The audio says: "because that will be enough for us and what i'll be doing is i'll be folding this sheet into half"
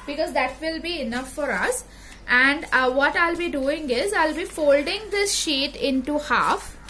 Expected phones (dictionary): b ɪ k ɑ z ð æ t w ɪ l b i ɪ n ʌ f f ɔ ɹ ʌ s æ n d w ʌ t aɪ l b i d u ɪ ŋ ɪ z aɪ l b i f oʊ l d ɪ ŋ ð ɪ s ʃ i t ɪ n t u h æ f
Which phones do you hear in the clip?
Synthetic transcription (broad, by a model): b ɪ k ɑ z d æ t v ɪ l b i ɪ n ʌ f f ɔ ɹ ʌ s æ n d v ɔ t aɪ l b i d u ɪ ŋ ɪ z aɪ l b i f oʊ l d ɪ ŋ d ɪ s ʃ i t ɪ n t u h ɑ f